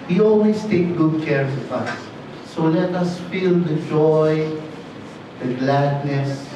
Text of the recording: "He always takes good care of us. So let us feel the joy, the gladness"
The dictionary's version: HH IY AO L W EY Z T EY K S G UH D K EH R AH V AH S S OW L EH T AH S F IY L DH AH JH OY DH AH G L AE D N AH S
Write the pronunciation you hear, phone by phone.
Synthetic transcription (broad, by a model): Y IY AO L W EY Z T EY K G UH D K EH R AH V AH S S OW L EH T AH S F IY L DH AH JH OY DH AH G L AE D N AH S